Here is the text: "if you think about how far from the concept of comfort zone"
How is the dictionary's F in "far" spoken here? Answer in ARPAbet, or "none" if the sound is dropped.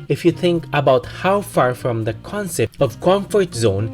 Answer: F